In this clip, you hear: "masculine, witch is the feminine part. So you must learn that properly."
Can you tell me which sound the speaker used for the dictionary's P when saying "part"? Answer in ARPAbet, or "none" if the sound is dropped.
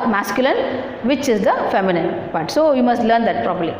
B